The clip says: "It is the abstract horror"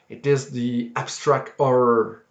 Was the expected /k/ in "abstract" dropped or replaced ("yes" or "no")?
no